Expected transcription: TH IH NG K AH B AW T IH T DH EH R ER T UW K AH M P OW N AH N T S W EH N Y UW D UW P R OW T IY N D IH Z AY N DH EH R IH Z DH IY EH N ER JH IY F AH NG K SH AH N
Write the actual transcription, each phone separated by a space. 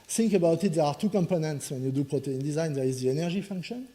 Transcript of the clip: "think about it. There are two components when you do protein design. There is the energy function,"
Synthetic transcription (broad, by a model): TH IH NG K AH B AW T IH T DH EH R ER T UW K AH M P OW N AH N T S W EH N Y UW D UW P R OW T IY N D IH Z AY N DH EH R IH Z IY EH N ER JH IY F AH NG K SH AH N